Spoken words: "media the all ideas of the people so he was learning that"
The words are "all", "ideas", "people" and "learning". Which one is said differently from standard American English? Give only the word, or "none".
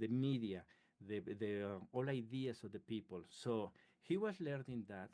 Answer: ideas